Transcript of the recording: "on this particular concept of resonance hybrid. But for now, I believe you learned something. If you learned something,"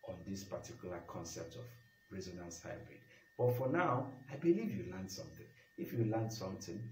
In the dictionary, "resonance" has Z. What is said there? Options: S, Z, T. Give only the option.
Z